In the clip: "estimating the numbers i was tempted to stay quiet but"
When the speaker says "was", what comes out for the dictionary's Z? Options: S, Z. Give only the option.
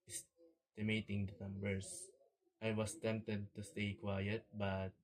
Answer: S